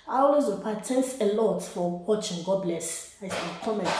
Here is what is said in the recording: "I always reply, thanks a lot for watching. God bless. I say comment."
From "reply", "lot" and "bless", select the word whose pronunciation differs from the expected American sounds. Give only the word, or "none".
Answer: reply